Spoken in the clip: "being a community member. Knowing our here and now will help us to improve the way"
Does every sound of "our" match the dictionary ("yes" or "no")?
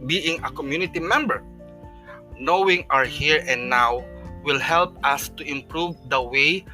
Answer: yes